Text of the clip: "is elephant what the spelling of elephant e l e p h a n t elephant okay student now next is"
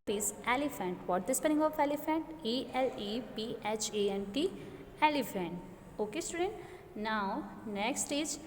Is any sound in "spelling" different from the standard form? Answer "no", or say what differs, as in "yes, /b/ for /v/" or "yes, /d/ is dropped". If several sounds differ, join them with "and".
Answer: yes, /n/ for /l/